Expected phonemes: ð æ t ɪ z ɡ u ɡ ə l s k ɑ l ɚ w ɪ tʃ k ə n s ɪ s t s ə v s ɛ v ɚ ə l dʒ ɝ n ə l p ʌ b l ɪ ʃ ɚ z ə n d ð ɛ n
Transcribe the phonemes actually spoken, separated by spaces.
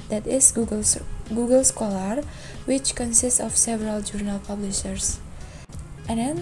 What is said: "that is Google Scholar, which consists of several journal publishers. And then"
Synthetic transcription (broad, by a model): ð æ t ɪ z ɡ u ɡ ə l s k ɑ l ɚ w ɪ tʃ k ə n s ɪ s t s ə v s ɛ v ɚ ə l dʒ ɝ n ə l p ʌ b l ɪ ʃ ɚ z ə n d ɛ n